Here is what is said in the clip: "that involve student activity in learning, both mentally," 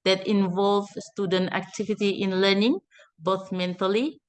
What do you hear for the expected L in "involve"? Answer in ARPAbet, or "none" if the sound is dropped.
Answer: L